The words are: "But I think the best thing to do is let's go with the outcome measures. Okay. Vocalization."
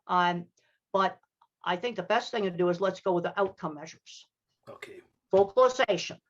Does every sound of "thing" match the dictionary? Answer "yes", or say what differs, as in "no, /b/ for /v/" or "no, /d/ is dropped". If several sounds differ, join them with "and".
yes